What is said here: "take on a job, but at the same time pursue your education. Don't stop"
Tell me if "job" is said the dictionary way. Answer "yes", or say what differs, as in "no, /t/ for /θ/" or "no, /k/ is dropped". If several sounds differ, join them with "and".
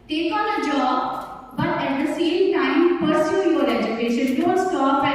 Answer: yes